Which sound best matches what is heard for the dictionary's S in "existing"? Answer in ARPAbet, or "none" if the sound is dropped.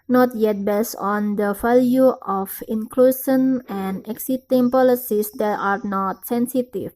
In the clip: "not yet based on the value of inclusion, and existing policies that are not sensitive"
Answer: none